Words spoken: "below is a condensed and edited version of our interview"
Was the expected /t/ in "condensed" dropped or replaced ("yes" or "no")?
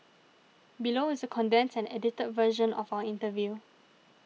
yes